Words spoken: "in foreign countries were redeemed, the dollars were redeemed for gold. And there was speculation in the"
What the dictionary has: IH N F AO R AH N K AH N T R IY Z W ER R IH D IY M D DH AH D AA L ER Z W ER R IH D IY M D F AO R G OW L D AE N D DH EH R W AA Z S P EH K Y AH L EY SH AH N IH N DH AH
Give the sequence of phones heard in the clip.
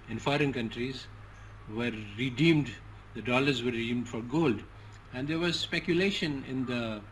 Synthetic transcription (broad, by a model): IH N F AO R AH N K AH N T R IY Z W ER R IH D IY M D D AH D AA L ER Z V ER R IH D IY M D F AO R G OW L D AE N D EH R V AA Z S P EH K Y AH L EY SH AH N IH N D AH